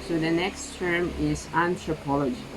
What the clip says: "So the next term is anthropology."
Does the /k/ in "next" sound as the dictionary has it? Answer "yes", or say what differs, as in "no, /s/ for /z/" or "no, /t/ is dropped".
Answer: yes